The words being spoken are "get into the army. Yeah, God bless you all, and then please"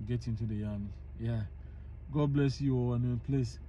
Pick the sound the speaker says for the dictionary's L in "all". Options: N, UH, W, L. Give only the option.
W